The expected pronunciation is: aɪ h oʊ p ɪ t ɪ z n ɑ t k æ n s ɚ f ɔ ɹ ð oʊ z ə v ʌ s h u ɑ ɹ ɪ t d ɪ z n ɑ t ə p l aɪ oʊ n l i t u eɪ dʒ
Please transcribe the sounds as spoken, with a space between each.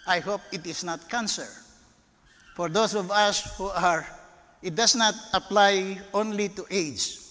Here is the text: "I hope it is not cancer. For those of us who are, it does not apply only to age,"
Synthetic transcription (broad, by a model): aɪ h oʊ p ɪ t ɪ s n ɑ t k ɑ n s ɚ f ɔ ɹ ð oʊ s ə v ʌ s h u ɑ ɹ ɪ t d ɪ s n ɑ t ə p l aɪ oʊ n l i t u eɪ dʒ